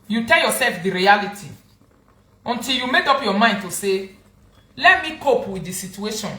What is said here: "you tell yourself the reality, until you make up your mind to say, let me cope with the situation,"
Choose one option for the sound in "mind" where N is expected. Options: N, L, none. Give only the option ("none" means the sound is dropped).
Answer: N